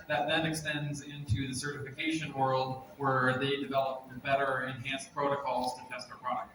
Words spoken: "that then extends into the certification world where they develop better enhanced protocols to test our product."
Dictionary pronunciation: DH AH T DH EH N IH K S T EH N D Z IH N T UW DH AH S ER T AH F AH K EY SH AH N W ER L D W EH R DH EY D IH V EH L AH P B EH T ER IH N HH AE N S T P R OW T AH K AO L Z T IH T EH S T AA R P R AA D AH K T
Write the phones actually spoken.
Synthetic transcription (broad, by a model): DH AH T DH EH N IH K S T EH N D Z IH N T UW DH AH S ER T AH F AH K EY SH AH N W ER L D W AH R DH EY D IH V EH L AH P B EH T ER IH N HH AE N S P R OW T AH K AO L Z T IH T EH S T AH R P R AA D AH K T